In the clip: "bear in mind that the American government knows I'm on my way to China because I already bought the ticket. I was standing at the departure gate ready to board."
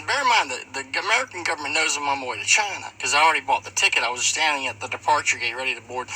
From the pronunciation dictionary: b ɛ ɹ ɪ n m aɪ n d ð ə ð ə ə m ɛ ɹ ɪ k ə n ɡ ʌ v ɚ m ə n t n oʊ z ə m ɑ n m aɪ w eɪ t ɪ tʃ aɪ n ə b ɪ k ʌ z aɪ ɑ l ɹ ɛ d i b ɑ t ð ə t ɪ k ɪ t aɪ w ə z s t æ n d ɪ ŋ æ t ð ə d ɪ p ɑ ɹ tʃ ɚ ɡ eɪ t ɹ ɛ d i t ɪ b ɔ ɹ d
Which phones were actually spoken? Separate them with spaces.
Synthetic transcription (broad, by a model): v ɛ ɹ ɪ m aɪ n ð ə ð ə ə m ɛ ɹ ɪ k n ɡ ʌ v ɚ m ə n n oʊ z ə m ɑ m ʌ w eɪ t ɪ tʃ aɪ n ə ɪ k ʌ z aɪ ɑ l ɹ ɛ d i b ɑ t ð ə t ɪ k ɪ t aɪ w ə z s t æ n d ɪ ŋ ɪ t ð ə d ɪ p ɑ ɹ tʃ ɚ ɡ eɪ t ɹ ɛ d i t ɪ b ɔ ɹ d